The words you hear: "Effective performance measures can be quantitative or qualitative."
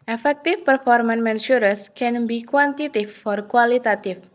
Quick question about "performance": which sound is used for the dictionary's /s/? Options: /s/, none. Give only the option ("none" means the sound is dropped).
none